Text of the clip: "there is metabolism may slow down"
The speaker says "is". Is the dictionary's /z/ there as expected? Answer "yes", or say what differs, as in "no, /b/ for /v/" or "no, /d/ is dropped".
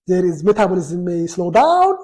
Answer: yes